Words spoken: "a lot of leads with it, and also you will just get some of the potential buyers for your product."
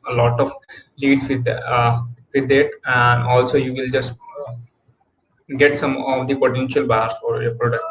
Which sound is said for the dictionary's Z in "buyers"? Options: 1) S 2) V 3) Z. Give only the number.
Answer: 1